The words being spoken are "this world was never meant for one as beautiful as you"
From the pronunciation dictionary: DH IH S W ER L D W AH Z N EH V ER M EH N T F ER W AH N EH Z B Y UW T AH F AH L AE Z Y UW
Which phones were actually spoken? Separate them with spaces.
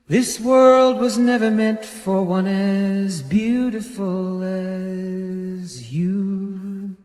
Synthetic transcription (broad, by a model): DH IH S W ER L D W AH Z N EH V ER M EH N T F ER W AH N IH Z B Y UW T AH F AH L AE Z Y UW